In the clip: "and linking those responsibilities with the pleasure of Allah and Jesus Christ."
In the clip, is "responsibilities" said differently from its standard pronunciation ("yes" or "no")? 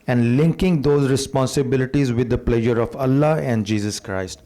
no